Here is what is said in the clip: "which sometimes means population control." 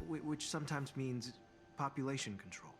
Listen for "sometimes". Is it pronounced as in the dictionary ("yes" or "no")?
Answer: yes